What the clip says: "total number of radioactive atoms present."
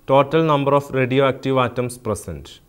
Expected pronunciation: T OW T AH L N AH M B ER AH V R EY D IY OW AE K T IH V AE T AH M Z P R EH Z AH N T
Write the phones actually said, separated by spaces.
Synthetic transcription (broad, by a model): T OW T AH L N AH M B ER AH F R EY D IY OW AE K T IH V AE T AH M S P R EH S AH N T